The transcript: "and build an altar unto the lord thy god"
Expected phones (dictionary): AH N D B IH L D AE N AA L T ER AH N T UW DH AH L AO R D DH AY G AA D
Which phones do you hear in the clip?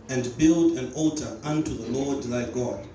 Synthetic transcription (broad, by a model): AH N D B IH L D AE N AA L T ER AH N T UW DH AH L AO R D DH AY G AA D